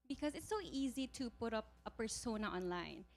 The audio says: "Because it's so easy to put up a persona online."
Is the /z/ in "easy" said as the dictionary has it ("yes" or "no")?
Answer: yes